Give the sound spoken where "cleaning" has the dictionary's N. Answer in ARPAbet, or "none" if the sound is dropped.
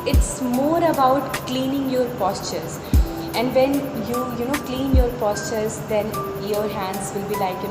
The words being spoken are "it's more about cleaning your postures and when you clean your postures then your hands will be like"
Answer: N